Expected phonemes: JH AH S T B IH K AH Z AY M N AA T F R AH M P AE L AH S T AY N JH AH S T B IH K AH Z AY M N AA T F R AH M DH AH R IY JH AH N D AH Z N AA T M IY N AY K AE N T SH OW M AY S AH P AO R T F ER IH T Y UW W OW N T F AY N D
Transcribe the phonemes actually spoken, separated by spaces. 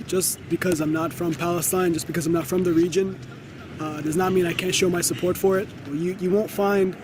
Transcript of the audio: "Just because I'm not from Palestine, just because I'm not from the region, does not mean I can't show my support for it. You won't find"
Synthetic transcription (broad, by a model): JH AH S B IH K AH Z AY M N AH T F R AH M P AE L AH S T AY N JH AH S B IH K AH Z AY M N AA T F R AH M DH AH R IY JH AH N D AH Z N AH T M IY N AY K AE N T SH OW M AY S AH P AO R T F ER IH T Y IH W OW N T F AY N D